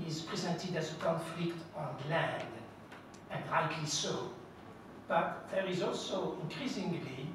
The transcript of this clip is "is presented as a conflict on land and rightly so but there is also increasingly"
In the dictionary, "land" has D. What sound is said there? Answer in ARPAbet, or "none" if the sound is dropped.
D